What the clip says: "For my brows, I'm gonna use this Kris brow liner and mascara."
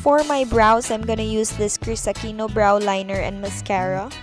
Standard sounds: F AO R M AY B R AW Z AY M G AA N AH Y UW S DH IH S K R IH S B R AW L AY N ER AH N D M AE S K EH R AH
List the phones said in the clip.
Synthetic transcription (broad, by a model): F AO R M AY B R AW S AY M G AA N AH Y UW S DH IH S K R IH S B R AW L AY N ER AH N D M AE S K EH R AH